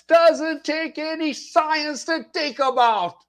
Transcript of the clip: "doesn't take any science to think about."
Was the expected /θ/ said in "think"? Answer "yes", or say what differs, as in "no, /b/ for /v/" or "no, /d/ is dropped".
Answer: no, /t/ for /θ/